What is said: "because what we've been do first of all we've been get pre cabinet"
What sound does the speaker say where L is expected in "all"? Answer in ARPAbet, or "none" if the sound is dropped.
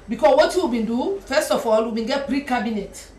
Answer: L